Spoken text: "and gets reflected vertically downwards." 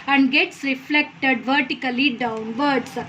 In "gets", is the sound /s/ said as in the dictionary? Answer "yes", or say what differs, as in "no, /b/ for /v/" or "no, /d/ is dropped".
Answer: yes